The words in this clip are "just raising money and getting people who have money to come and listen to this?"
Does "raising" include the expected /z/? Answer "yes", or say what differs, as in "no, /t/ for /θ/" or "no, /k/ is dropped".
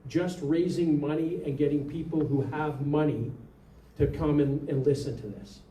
yes